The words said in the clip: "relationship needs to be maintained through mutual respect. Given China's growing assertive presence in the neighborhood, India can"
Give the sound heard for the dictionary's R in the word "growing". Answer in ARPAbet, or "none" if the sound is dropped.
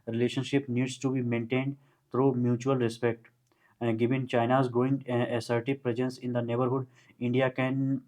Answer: none